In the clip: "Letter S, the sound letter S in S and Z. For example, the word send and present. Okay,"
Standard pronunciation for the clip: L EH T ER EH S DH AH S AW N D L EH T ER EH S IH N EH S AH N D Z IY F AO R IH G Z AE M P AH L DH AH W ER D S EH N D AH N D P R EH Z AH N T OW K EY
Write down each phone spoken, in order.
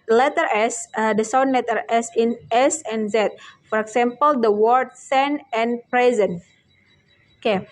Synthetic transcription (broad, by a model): L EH T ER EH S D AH S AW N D L EH T ER EH S IH N EH S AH N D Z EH F AO R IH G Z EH M P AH L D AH W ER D S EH N AH N P R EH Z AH N OW K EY